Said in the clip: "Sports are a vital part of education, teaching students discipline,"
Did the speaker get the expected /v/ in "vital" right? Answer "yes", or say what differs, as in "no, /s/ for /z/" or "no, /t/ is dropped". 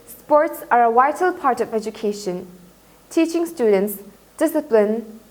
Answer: no, /w/ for /v/